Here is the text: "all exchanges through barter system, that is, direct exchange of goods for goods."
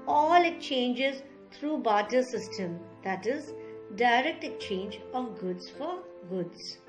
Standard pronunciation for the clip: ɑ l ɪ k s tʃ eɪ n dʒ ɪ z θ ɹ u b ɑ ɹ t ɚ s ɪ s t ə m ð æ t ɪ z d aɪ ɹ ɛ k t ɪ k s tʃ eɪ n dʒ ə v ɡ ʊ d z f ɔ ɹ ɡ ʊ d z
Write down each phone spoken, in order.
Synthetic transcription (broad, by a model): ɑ l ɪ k tʃ eɪ n dʒ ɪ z t ɹ u b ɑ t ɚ s ɪ s t ə m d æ t ɪ z d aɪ ɹ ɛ k t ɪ k tʃ eɪ n dʒ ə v ɡ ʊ d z f ɔ ɹ ɡ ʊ d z